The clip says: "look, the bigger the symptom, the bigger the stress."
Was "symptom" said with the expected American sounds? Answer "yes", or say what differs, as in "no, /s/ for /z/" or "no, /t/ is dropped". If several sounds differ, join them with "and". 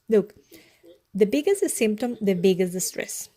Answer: yes